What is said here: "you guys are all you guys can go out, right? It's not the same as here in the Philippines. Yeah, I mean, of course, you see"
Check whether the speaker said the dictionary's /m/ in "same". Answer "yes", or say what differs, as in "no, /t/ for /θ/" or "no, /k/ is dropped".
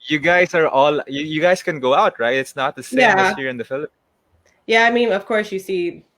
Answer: no, /m/ is dropped